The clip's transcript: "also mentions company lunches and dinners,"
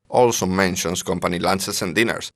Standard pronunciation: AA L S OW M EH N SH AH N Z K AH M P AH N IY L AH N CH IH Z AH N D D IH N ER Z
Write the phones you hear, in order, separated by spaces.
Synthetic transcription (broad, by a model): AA L S OW M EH N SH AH N S K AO M P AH N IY L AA N S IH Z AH N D D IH N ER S